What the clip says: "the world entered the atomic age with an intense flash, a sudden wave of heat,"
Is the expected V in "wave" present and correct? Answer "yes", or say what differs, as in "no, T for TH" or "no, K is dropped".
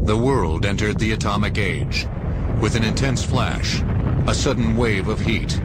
yes